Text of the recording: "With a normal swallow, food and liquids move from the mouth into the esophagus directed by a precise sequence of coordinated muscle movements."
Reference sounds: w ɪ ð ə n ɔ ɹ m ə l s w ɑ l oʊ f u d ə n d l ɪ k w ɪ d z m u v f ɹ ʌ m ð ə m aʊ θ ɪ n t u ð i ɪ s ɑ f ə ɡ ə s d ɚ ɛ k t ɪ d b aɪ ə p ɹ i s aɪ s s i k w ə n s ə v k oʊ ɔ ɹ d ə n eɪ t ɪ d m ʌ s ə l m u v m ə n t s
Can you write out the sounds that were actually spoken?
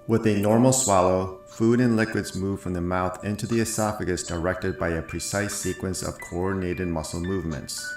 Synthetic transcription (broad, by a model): w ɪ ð ə n ɔ ɹ m l s w ɑ l oʊ f u d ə n l ɪ k w ɪ d z m u v f ɹ ʌ m ð ə m aʊ θ ɪ n t u ð i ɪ s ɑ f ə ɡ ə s d ɚ ɛ k t ɪ d b aɪ ə p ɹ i s aɪ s s i k w ə n s ə v k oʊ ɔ ɹ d n eɪ t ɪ d m ʌ s l m u v m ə n t s